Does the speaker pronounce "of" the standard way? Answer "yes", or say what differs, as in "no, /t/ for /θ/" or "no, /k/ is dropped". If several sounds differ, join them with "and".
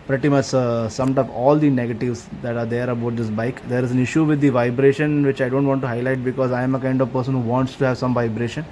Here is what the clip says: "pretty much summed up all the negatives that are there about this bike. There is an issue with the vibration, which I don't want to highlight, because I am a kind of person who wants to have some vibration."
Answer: yes